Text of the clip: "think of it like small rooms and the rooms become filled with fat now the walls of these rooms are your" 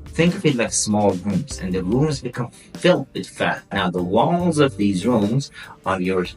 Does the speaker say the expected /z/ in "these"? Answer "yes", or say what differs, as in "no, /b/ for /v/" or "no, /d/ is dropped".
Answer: yes